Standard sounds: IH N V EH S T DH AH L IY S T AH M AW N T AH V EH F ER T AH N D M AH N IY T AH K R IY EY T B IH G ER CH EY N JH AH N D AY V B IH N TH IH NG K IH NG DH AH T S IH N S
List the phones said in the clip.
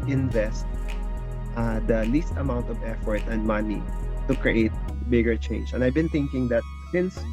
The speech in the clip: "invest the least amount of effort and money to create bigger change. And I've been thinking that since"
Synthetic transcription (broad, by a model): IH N V EH S T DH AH L IY S T AH M AW N T AH V EH F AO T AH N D M AH N IY T AH K R IY EY T B IH G ER CH EY N JH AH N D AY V B IH N TH IH NG K IH NG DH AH T S IH N S